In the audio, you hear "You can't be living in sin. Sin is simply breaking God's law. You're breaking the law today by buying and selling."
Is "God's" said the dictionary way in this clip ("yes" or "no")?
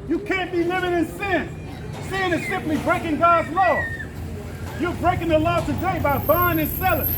yes